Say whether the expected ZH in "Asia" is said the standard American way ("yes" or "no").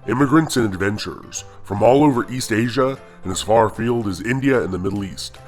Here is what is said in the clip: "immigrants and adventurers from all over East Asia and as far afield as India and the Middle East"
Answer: yes